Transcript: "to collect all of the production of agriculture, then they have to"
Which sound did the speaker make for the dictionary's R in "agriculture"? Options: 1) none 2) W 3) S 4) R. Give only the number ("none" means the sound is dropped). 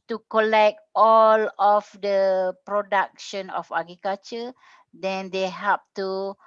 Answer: 1